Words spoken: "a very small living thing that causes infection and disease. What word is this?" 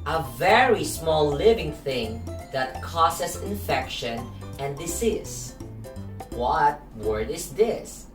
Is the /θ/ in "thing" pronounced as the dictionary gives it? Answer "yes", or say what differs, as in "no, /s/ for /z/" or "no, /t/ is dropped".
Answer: yes